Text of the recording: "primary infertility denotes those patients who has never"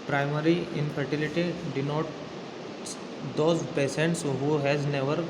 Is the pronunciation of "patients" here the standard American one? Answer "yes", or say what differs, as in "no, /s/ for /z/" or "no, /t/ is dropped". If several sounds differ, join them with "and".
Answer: no, /s/ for /ʃ/